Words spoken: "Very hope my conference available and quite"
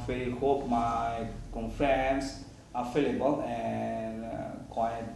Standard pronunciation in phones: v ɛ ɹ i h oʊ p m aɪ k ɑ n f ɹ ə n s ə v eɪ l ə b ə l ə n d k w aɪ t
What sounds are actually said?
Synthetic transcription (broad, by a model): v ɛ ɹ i h oʊ p m aɪ k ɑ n f ɹ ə n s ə f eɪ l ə b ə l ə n k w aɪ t